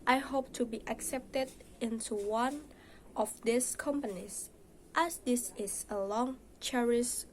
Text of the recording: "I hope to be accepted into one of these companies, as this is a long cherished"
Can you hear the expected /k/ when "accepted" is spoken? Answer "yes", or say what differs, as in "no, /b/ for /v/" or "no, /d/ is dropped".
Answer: yes